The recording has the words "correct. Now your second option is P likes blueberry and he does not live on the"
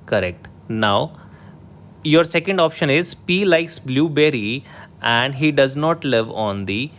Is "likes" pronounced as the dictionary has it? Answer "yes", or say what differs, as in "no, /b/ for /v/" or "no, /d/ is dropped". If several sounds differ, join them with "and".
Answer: yes